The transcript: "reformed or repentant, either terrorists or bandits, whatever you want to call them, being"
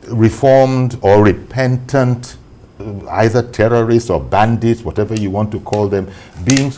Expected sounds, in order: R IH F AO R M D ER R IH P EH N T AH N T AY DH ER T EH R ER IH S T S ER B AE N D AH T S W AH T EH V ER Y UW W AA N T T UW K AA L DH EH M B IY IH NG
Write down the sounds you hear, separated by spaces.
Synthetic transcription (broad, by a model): R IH F AO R M D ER R IH P EH N T AH N T AY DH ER T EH R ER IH S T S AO B AE N D AH T S W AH T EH V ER Y UW W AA N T T UW K AA L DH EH M B IY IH NG